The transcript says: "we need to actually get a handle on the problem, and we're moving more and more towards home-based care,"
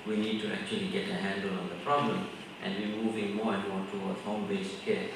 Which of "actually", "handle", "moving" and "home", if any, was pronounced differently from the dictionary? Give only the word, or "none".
none